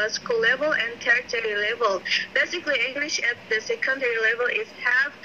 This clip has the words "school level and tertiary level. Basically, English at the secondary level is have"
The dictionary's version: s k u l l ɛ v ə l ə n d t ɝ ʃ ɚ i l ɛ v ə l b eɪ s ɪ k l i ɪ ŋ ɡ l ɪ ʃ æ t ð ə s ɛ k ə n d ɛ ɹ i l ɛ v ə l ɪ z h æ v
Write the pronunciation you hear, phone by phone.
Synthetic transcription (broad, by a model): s k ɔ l l ɛ v ə l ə n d t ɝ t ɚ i l ɛ v ə l b eɪ s ɪ k l i ɪ ŋ ɡ l ɪ ʃ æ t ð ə s ɛ k ə n d ɛ ɹ i l ɛ v ə l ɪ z h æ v